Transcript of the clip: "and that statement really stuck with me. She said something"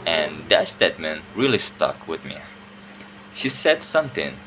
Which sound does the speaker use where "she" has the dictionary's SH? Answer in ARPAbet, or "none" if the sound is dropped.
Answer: SH